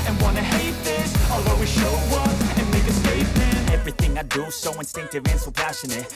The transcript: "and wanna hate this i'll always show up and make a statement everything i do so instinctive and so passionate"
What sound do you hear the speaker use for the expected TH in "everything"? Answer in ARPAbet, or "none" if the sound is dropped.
TH